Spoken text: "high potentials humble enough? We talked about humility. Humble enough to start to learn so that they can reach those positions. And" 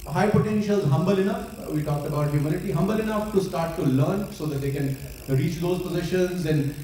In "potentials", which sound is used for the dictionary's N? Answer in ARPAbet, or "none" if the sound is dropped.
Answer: N